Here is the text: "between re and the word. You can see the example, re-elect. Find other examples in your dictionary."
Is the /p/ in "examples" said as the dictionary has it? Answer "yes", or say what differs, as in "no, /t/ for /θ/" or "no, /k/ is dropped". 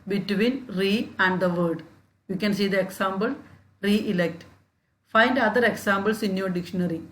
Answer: no, /b/ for /p/